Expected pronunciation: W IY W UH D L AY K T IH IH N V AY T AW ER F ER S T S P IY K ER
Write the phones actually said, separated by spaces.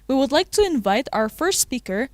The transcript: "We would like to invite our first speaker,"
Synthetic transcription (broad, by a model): W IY W UH D L AY K T IH IH N V AY T AW ER F ER S T S P IY K ER